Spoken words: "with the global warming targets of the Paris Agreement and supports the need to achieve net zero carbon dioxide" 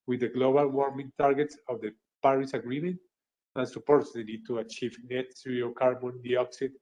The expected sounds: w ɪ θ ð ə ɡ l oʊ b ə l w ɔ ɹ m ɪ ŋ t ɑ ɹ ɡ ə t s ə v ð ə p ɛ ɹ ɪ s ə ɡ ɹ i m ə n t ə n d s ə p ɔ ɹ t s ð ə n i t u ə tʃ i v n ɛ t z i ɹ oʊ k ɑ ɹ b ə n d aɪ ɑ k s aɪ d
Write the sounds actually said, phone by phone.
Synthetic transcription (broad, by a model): w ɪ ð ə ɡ l oʊ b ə l w ɔ ɹ m ɪ ŋ t ɑ ɹ ɡ ə t s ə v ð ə p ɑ ɹ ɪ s ə ɡ ɹ i m ə n t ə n s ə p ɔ ɹ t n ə l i t u ə tʃ i v n ɛ t s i oʊ k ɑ ɹ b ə n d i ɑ k s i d